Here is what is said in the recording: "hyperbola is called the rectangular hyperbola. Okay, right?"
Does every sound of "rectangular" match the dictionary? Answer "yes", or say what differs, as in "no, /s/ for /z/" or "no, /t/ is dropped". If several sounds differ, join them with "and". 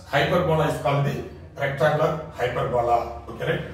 no, /ŋ/ is dropped